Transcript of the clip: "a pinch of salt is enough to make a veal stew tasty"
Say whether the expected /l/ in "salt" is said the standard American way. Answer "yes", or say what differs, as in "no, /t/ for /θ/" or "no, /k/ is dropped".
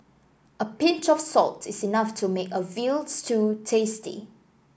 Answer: yes